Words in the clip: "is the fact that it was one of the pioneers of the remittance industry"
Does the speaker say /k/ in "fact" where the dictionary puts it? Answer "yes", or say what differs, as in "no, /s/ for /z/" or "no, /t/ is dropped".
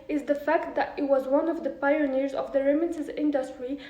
yes